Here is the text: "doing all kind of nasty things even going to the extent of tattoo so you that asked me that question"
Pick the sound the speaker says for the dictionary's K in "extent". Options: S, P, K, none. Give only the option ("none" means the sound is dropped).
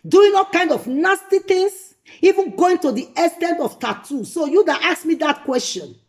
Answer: none